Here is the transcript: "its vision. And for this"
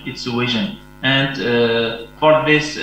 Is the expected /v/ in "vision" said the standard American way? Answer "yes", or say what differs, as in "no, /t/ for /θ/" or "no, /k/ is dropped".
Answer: no, /w/ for /v/